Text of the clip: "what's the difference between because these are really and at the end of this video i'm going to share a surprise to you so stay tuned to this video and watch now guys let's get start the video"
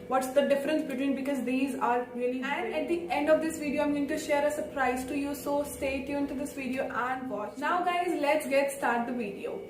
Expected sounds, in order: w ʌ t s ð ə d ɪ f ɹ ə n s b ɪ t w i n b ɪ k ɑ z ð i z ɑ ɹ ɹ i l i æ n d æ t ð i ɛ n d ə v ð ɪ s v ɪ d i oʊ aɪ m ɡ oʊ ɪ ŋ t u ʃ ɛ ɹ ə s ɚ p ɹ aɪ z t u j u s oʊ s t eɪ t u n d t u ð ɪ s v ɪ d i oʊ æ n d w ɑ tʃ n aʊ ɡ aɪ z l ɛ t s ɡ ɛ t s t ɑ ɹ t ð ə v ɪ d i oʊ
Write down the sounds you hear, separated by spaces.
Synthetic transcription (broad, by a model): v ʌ t s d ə d ɪ f ɹ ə n s b ɪ t w i n b ɪ k ɑ z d i z ɑ ɹ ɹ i l i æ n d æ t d i ɛ n d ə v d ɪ s v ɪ d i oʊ aɪ m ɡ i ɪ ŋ t u ʃ ɛ ɹ ə s ɚ p ɹ aɪ z t u j u s oʊ s t eɪ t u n t u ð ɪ s v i d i oʊ æ n d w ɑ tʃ n aʊ ɡ aɪ z l ɛ t s ɡ ɛ t s t ɑ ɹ t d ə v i d i oʊ